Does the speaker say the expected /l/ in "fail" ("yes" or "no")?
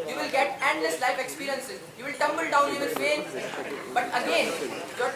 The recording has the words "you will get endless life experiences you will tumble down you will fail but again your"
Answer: no